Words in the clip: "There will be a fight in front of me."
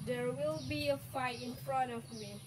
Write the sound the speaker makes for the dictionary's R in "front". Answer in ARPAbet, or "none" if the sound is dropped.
R